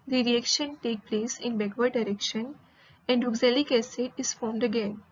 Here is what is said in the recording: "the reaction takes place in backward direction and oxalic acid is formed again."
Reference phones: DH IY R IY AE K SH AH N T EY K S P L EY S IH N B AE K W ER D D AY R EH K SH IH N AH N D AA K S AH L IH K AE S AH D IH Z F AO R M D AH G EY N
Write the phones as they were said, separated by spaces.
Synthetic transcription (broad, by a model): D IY R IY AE K SH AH N T EY K P L EY S IH N B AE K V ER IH D AY R EH K SH IH N AH N D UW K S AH L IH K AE S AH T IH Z F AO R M D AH G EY N